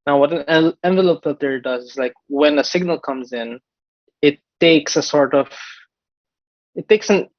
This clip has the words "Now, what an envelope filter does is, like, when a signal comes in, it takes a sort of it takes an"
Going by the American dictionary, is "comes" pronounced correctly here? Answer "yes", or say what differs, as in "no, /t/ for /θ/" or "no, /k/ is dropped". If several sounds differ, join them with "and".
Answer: yes